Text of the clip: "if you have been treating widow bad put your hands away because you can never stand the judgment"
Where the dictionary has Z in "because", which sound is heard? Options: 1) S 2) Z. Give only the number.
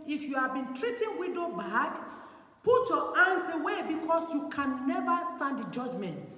1